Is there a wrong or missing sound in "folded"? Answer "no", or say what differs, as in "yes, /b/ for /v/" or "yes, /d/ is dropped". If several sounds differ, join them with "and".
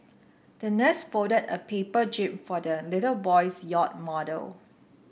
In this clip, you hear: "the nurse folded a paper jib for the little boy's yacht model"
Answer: yes, /l/ is dropped